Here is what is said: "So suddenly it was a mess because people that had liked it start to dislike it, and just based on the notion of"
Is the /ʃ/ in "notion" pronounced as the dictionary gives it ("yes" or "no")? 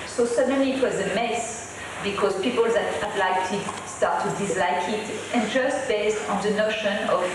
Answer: yes